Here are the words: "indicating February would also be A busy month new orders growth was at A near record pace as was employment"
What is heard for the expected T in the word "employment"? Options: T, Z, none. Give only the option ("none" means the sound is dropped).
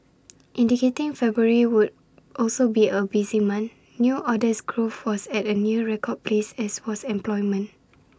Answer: none